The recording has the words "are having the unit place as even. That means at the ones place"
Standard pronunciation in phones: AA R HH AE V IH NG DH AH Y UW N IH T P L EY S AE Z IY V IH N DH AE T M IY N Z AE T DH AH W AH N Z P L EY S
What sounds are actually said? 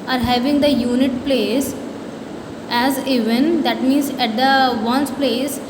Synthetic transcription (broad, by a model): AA R HH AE V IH NG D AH Y UW N IH T P L EY S AE Z IY V IH N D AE T M IY N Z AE T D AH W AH N S P L EY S